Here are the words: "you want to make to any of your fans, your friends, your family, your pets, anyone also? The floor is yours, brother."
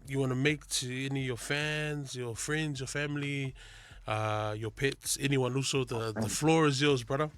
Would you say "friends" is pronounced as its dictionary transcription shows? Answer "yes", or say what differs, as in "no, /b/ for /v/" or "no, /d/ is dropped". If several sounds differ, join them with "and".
yes